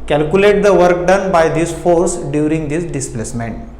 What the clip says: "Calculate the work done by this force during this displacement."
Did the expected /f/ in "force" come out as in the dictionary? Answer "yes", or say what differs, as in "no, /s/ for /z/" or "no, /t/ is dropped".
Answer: yes